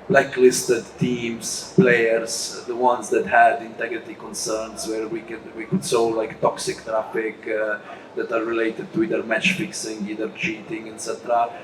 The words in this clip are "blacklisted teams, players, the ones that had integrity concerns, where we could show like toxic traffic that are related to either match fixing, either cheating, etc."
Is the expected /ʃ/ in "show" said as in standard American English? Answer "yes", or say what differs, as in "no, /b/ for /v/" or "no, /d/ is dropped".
no, /s/ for /ʃ/